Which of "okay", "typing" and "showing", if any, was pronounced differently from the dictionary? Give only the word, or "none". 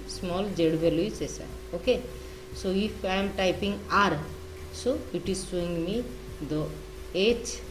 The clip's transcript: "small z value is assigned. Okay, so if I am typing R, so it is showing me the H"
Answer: showing